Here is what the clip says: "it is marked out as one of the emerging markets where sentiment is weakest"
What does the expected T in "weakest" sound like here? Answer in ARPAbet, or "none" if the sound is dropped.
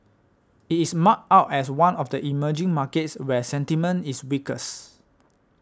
none